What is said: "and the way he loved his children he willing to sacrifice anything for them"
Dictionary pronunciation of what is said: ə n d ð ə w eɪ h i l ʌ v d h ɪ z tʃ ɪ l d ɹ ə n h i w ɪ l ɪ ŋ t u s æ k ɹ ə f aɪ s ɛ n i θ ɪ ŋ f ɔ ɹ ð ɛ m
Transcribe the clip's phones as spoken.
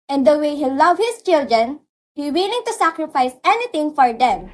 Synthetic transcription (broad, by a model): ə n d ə w eɪ h i l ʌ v h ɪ s tʃ ɪ l d ɹ ə n h i w ɪ l ɪ ŋ t u s æ k ɹ ə f aɪ s ɛ n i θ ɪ ŋ f ɔ ɹ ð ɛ m